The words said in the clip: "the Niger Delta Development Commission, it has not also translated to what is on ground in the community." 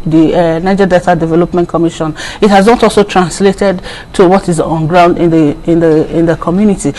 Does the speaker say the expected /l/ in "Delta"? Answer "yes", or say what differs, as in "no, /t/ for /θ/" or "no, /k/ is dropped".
no, /l/ is dropped